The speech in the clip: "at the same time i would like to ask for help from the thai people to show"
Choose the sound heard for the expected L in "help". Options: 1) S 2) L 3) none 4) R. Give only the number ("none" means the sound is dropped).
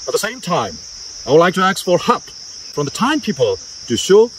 3